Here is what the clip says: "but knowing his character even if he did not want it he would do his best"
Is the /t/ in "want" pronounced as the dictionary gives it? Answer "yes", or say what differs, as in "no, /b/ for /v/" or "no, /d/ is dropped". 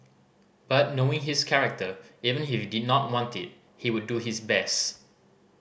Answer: yes